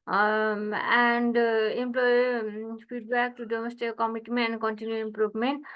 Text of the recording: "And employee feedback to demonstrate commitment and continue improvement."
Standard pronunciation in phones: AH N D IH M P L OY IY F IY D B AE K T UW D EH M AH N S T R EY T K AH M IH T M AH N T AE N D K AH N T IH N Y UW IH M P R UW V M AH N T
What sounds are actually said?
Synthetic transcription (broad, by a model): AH N D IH M P L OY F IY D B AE K T UW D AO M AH S T EY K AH M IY T M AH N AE N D K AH N T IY N Y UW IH M P R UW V M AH N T